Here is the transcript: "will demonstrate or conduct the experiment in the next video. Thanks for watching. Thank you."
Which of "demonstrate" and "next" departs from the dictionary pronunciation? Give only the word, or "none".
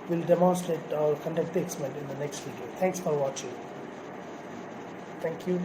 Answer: demonstrate